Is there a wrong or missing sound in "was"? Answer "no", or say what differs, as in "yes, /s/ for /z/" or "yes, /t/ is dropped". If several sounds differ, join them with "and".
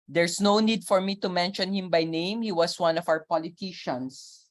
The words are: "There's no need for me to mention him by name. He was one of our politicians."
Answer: yes, /s/ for /z/